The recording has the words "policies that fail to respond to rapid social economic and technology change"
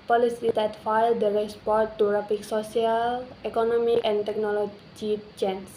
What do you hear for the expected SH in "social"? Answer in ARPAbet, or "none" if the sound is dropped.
S